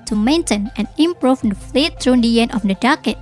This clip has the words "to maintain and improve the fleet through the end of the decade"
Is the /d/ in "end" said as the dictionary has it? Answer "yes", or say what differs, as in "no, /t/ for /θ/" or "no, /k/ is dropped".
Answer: no, /d/ is dropped